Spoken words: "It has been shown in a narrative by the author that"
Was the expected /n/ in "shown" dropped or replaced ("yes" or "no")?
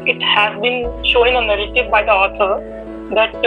yes